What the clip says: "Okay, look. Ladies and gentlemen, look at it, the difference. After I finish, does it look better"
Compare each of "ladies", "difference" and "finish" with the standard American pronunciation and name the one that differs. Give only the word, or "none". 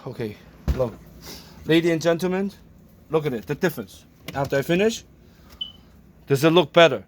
ladies